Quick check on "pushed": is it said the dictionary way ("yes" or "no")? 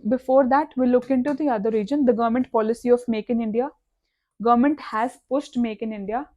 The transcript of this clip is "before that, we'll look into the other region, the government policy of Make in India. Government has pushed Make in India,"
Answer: no